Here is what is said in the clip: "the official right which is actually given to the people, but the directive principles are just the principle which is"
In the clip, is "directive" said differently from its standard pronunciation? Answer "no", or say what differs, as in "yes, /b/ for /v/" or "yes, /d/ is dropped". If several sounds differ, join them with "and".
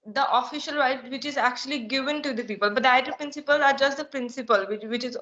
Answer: yes, /k/ is dropped